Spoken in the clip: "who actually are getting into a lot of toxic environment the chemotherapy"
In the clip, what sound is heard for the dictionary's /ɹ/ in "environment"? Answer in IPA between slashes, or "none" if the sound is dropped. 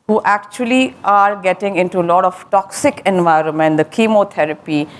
/ɹ/